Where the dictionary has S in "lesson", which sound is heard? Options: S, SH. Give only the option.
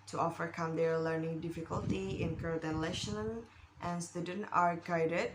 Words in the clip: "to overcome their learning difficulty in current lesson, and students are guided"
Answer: SH